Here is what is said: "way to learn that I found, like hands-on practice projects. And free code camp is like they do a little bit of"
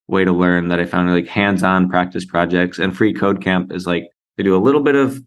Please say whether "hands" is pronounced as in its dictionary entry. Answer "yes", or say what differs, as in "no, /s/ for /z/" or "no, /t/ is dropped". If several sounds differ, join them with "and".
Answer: yes